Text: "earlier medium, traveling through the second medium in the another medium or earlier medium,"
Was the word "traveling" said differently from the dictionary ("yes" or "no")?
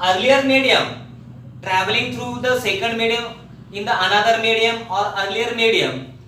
no